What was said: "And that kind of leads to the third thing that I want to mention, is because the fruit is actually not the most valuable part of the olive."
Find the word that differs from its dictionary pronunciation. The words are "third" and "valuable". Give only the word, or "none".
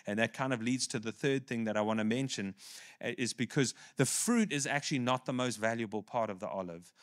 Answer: none